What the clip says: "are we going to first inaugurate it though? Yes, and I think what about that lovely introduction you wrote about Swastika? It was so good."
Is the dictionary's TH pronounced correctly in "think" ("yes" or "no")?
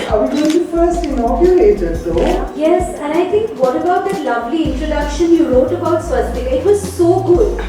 no